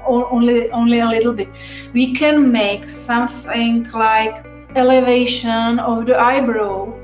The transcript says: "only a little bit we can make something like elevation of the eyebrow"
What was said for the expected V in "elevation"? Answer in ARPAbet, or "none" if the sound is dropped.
V